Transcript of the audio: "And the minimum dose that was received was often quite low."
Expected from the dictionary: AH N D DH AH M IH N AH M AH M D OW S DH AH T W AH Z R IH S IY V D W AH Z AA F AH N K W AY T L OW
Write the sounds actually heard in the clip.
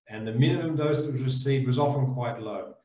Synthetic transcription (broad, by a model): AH N DH AH M IH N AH M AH M D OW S DH AH T W AH Z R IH S IY D W AH Z AA F AH N K W AY T L OW